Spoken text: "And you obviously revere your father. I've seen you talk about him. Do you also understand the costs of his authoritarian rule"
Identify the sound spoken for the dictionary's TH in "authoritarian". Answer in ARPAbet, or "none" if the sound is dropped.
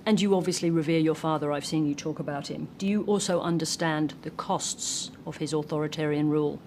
TH